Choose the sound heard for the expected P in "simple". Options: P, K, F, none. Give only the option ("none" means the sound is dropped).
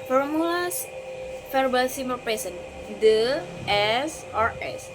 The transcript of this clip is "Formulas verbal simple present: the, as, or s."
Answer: none